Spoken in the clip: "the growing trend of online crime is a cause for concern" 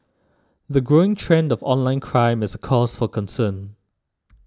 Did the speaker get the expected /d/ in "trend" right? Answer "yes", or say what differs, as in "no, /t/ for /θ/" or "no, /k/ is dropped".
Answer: yes